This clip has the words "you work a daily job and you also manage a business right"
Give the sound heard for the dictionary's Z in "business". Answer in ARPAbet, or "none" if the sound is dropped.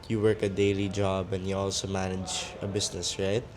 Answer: S